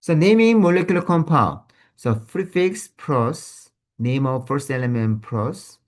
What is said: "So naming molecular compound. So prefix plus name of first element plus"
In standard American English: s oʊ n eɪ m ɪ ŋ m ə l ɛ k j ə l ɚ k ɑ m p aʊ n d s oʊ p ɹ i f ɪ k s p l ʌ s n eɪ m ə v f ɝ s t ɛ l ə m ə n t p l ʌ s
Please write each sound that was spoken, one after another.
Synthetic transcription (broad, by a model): s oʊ n eɪ m ɪ ŋ m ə l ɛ k j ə l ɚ k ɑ m p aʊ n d s oʊ f ɹ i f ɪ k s p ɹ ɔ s n eɪ m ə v f ɝ s t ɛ l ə m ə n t p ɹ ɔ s